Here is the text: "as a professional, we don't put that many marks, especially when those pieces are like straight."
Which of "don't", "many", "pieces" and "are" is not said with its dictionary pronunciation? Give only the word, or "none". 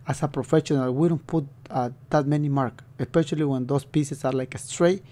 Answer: pieces